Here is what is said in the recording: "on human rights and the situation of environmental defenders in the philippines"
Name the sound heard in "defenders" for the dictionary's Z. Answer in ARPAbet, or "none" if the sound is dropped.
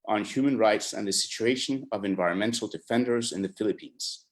Z